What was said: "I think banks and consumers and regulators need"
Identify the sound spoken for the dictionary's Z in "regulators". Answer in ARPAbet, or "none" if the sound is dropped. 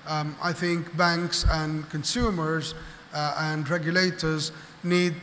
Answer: Z